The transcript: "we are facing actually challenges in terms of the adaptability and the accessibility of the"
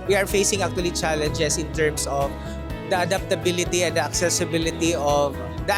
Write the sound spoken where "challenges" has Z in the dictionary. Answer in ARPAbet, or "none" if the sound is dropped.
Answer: S